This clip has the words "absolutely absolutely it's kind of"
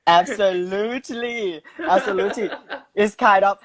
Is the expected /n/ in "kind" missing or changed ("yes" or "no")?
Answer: yes